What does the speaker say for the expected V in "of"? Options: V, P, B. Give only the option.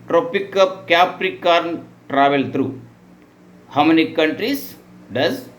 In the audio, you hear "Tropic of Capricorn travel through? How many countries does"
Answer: P